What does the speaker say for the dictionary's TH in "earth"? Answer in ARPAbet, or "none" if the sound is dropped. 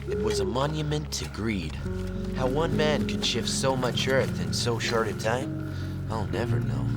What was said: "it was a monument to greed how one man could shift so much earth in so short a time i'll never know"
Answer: TH